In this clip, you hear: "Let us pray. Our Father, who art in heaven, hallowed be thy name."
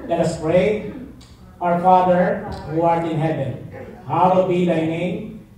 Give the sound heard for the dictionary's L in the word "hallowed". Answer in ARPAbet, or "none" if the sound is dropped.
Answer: W